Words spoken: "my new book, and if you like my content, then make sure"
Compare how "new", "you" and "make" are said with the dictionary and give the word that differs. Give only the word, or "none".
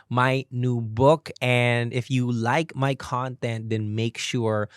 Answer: none